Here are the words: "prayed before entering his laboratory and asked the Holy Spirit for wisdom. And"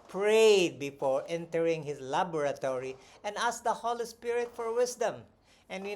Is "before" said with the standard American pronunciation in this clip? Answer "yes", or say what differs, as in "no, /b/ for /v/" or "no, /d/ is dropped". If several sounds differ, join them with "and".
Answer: yes